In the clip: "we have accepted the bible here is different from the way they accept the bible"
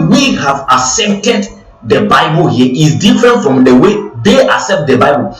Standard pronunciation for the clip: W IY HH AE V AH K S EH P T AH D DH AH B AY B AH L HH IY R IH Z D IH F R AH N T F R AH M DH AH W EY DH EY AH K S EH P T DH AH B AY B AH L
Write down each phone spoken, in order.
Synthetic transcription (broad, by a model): W IY HH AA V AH S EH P T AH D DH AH B AY B AH L HH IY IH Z D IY F R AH N T F R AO M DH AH W EY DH EY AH S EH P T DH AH B AY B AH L